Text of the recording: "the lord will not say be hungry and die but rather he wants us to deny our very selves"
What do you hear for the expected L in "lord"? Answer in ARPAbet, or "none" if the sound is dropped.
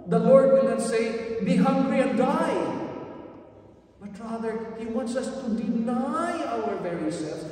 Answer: L